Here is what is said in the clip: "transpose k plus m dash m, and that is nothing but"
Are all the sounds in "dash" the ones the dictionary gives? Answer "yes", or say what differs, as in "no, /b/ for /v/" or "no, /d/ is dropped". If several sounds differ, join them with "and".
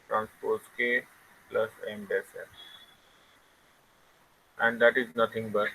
no, /s/ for /ʃ/